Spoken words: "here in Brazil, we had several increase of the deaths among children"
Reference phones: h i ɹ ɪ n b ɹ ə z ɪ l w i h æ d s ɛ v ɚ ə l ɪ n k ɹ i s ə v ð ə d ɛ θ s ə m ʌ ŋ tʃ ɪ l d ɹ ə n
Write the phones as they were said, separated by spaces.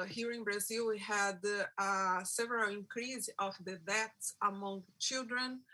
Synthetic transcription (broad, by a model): h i ɹ ɪ n b ɹ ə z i l w i h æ d s ɛ v ɚ ə l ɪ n k ɹ i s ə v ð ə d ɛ t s ə m ʌ ŋ tʃ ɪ l d ɹ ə n